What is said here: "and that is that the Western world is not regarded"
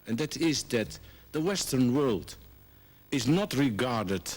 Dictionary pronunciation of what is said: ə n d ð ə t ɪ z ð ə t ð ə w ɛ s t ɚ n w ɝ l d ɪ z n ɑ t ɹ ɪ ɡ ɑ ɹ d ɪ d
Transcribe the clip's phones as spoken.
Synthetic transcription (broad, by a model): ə n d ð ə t ɪ z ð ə t ð ə w ɛ s t ɚ n w ɝ l d ɪ z n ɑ t ɹ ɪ ɡ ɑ ɹ d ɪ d